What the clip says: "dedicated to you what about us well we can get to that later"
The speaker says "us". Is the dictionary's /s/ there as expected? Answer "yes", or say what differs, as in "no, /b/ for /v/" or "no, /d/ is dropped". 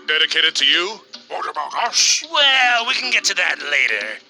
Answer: no, /ʃ/ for /s/